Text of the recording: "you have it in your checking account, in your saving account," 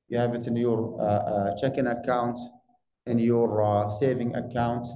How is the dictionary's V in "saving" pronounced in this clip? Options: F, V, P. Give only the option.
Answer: V